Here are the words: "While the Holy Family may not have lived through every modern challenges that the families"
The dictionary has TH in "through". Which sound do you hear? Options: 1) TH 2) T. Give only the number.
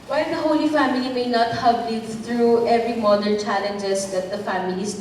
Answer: 2